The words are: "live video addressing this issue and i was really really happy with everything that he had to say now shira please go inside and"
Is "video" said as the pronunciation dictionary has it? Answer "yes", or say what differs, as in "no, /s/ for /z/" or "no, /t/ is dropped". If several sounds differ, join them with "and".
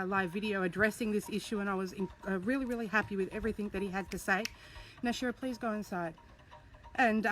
yes